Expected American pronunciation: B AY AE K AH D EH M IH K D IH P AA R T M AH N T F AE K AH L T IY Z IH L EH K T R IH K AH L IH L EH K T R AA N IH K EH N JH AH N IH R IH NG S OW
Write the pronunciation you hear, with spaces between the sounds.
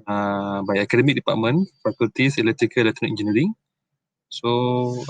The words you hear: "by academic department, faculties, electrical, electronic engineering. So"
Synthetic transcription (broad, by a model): B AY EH K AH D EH M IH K D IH P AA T M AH N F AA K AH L T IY S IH L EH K T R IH K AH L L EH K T AA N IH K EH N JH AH N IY R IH NG S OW